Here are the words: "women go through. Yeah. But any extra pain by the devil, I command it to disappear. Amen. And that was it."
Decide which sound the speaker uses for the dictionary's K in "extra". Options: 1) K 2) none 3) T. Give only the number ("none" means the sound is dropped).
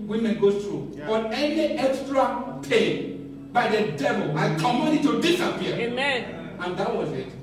1